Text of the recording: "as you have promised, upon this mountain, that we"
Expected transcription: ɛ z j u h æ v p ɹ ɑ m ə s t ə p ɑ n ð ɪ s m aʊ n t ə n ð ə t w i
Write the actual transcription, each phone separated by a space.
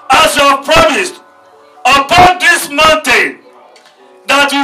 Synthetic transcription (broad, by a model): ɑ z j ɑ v p ɹ ɑ m ə s t ə p ɑ n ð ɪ s m aʊ n t ə n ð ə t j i